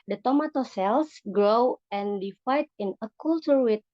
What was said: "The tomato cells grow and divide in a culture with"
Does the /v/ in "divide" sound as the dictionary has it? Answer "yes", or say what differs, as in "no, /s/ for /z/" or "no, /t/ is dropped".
no, /f/ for /v/